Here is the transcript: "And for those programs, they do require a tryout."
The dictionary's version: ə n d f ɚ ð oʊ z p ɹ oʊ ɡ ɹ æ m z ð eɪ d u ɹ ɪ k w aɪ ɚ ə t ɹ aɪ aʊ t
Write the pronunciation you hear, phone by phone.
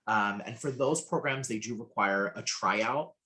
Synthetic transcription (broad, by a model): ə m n f ɚ ð oʊ z p ɹ oʊ ɡ ɹ æ m z ð eɪ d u ɹ ɪ k w aɪ ɚ ə t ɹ aɪ aʊ t